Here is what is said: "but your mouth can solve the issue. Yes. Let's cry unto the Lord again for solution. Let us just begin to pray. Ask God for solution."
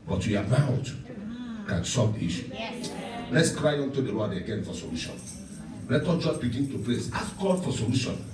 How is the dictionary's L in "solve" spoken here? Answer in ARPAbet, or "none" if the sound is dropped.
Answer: none